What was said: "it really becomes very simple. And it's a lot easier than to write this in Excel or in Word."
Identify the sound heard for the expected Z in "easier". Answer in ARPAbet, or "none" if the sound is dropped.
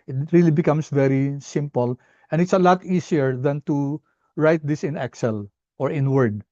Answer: S